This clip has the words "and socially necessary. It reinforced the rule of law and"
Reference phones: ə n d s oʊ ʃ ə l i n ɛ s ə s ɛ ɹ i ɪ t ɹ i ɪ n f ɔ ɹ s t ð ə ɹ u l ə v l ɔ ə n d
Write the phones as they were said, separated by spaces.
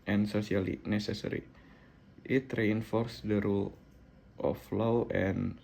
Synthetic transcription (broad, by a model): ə n s oʊ s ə l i n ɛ s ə s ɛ ɹ i ɪ t ɹ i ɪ n f ɔ ɹ s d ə ɹ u l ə f l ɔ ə n